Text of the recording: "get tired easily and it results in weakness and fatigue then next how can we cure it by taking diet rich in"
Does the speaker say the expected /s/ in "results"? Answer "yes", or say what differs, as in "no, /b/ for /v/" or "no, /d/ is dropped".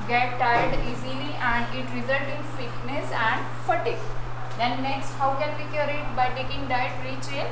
no, /s/ is dropped